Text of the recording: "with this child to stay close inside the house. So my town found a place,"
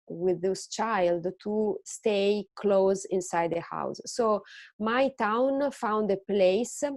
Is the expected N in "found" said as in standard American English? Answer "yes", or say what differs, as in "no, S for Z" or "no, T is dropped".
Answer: yes